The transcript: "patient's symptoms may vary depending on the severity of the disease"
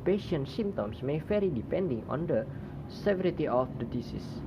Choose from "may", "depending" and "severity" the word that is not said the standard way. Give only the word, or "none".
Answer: none